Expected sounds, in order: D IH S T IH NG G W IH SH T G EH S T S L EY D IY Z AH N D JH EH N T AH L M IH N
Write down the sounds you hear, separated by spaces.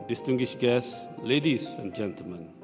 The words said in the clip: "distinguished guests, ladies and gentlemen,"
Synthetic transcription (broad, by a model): D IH S T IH NG G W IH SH G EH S S L EY D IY S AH N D JH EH N T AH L M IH N